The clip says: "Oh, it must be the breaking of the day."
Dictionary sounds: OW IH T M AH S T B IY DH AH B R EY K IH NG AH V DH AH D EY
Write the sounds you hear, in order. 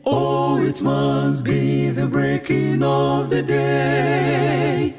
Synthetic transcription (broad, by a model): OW IH T M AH S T B IY DH AH B R EY K IH NG AH V DH AH D EY